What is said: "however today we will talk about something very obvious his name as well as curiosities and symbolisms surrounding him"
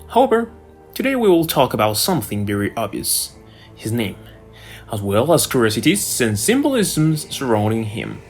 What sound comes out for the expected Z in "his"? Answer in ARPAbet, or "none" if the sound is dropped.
Z